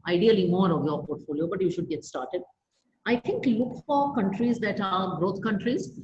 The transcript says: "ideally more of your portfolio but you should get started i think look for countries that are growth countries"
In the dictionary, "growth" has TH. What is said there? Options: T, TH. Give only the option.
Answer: T